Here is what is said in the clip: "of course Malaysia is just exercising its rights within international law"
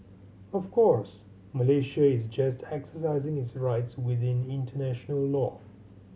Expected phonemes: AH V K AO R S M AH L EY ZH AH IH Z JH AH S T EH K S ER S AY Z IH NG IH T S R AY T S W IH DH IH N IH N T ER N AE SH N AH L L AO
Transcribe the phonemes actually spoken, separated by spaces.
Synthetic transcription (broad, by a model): AH V K AO R S M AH L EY SH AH IH Z JH AH S T EH K S ER S AY Z IH NG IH T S R AY T S W IH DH IH N IH N T ER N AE SH N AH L L AO